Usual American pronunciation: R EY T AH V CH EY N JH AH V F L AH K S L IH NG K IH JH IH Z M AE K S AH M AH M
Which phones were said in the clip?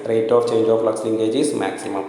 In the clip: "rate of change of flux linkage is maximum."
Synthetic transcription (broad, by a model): R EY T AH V CH EY N JH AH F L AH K S L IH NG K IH JH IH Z M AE K S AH M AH M